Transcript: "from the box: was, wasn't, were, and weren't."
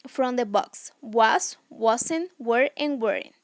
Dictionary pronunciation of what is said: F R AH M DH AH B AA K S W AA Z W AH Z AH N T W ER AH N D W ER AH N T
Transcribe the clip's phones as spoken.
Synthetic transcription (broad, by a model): F R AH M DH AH B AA K S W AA S W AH S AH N W ER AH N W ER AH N